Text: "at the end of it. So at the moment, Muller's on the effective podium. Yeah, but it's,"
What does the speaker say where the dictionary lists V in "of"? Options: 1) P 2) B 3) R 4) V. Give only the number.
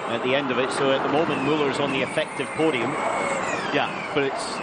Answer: 4